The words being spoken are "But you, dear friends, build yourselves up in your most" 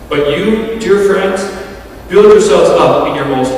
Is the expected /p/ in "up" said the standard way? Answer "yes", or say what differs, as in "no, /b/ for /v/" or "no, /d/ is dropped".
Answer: yes